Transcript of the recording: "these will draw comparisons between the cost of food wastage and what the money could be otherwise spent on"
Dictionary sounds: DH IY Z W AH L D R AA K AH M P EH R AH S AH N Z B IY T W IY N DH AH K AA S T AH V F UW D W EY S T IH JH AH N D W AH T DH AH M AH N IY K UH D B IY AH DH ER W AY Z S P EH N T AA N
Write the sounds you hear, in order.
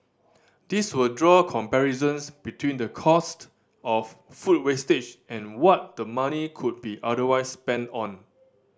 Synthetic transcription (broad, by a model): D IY S W AH L D R AA K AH M P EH R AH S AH N S B IY T W IY N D AH K AA S T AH F F UW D W EY S T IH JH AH N W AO T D AH M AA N IY K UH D B IY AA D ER W AY S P EH N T AA N